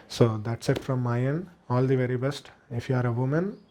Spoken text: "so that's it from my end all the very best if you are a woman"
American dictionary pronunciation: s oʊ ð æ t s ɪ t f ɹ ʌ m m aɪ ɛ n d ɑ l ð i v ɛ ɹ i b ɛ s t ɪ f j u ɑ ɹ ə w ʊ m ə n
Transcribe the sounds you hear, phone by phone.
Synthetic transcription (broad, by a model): s oʊ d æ t s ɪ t f ɹ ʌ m m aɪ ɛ n ɑ l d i v ɛ ɹ i b ɛ s t ɪ f j u ɑ ɹ ə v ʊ m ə n